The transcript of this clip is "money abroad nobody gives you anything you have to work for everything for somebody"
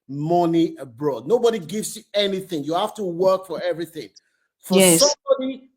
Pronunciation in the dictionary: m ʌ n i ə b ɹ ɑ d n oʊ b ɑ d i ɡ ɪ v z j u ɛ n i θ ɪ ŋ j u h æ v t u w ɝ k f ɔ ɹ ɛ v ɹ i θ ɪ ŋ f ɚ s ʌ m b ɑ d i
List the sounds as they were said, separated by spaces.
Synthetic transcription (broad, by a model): m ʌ n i ə b ɹ ɑ d n oʊ b ɑ d i ɡ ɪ v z j u ɛ n i θ ɪ ŋ j u h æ f t u w ɝ k f ɔ ɹ ɛ v ɹ i θ ɪ ŋ f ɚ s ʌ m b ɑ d i